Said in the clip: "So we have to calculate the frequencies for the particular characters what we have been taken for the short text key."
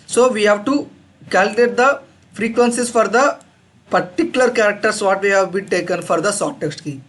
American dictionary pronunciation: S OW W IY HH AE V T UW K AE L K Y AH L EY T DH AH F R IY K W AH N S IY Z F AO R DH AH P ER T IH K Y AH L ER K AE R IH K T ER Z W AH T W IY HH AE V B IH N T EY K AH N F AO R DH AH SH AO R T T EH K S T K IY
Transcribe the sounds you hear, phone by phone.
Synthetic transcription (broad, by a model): S OW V IY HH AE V T UW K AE L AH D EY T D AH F R IY K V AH N S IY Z F AO R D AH P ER T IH K Y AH L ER K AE R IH K T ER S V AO T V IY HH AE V B IH N T EY K AH N F AO R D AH S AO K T T EH K S T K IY